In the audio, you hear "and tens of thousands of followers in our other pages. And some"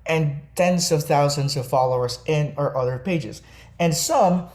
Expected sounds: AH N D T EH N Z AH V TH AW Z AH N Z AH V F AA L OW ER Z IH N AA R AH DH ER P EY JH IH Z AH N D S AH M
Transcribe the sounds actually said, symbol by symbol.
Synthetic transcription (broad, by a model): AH N T EH N Z AH V TH AW Z AH N Z AH V F AA L OW ER Z IH N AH R AH DH ER P EY JH IH Z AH N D S AH M